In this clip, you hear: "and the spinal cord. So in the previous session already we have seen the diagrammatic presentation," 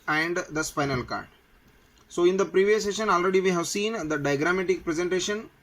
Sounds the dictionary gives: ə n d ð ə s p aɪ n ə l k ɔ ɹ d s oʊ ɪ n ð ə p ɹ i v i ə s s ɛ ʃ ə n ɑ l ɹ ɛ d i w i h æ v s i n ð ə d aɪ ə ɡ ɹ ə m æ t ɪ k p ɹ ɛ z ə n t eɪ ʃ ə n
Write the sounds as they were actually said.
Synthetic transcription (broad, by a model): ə n d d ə s p aɪ n ə l k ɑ ɹ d s oʊ ɪ n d ə p ɹ i v i ə s s ɛ ʃ ə n ɑ l ɹ ɛ d i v i h æ v s i n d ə d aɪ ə ɡ ɹ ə m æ t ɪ k p ɹ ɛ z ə n t eɪ ʃ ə n